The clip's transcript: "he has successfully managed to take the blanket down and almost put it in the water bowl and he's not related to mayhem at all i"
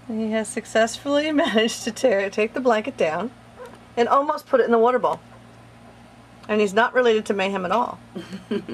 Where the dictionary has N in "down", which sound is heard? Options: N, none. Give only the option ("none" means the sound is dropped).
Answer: N